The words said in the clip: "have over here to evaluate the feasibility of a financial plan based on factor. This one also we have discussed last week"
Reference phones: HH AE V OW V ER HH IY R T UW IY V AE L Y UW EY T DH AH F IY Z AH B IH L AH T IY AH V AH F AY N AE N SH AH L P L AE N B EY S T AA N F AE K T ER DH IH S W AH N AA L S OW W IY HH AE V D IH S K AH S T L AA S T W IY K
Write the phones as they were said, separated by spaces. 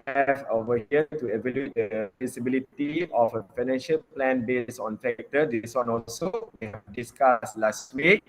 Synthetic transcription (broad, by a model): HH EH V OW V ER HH IY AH T UW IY V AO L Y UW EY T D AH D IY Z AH B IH L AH T IY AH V AH F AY N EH N SH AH L P L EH N B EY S AA N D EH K T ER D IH S W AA N AA L S OW W IY HH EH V D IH S K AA S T L AA S T W IY K